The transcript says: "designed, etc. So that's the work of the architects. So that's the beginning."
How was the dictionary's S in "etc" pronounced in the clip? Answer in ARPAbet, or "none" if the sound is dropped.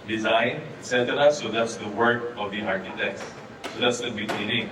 none